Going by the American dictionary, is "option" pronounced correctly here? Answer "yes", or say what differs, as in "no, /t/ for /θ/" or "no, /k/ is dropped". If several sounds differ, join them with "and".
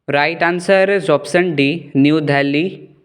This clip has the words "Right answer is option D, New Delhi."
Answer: no, /s/ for /ʃ/